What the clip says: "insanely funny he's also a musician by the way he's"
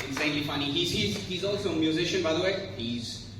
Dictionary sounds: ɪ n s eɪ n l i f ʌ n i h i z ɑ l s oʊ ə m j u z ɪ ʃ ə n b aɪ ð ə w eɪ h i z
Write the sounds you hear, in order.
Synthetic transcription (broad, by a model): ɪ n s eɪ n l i f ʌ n i h i z ɑ l s oʊ ə m j u z ɪ ʃ ə n b aɪ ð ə w eɪ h i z